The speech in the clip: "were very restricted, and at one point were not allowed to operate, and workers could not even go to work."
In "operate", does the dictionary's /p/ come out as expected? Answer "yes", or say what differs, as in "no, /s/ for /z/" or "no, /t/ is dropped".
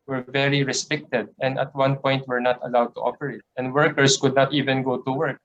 no, /f/ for /p/